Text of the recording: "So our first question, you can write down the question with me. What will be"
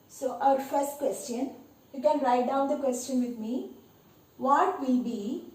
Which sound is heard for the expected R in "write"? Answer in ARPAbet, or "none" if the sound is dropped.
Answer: L